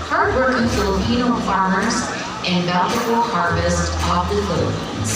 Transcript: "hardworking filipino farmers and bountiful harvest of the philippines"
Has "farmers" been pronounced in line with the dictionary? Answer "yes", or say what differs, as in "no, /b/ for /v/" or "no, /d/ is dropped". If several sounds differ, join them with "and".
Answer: yes